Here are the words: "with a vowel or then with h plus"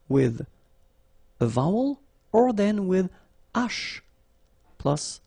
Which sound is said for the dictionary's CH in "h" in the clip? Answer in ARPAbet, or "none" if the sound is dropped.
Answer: SH